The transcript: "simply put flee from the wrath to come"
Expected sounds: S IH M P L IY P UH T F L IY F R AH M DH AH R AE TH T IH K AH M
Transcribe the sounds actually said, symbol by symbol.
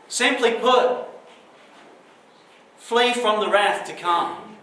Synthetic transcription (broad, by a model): S IH M P L IY P UH T F L IY F R AH M DH AH R AE TH T IH K AH M